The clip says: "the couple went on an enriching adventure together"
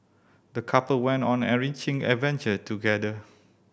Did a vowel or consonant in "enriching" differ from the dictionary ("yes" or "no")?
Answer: yes